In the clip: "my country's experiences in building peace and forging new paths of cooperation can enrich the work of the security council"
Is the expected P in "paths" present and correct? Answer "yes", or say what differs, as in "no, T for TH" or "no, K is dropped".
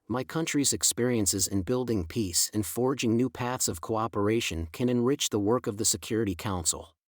yes